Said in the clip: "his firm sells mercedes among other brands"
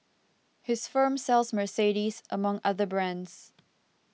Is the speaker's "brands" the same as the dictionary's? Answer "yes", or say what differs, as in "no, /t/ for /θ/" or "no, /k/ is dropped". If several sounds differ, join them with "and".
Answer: yes